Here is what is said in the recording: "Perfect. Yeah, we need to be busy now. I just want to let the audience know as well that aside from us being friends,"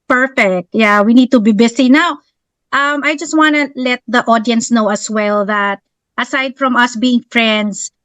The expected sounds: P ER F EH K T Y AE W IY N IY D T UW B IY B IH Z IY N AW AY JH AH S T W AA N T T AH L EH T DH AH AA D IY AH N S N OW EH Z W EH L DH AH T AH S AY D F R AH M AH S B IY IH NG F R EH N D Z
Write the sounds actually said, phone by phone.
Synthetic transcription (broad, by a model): P ER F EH K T Y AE W IY N IY D T UW B IY B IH S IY N AW AY JH AH S T W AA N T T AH L EH T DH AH AA D IY AH N S N OW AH S W EH L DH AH T AH S AY D F R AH M AH S B IY IH NG F R EH N D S